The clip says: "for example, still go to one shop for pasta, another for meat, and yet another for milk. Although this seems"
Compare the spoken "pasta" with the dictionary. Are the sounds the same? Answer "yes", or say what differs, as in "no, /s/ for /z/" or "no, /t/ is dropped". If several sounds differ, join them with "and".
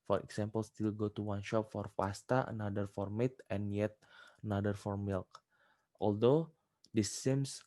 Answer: no, /f/ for /p/